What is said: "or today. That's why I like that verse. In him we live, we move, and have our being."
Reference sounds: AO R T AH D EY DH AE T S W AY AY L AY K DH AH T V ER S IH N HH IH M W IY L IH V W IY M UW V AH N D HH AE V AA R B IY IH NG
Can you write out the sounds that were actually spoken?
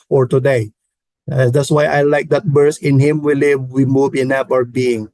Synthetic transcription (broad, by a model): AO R T AH D EY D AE T S W AY AY L AY K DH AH T B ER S IH N HH IH M W IY L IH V W IY M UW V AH N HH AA P AA R B IY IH NG